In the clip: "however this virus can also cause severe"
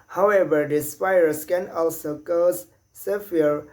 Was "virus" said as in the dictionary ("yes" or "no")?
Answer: no